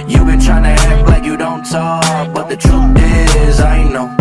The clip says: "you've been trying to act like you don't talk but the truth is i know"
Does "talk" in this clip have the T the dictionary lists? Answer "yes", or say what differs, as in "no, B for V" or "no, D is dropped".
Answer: no, S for T